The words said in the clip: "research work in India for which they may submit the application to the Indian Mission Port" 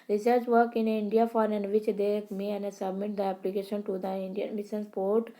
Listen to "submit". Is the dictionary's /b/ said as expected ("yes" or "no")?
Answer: yes